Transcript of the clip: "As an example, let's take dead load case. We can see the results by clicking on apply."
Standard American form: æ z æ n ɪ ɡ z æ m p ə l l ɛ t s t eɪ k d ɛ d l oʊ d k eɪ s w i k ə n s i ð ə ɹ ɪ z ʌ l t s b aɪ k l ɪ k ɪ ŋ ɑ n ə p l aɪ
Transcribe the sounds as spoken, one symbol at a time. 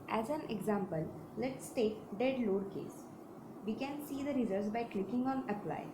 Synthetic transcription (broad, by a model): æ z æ n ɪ ɡ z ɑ m p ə l l ɛ t s t eɪ k d ɛ d l oʊ d k eɪ s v i k ə n s i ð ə ɹ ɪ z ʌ t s b aɪ k l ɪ k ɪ ŋ ɑ n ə p l aɪ